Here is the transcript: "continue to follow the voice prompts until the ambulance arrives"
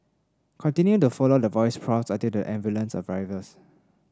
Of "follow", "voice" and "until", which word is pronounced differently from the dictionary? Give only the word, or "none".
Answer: until